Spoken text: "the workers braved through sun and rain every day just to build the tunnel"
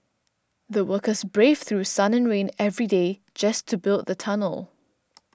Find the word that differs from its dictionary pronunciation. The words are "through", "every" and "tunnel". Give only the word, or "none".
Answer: none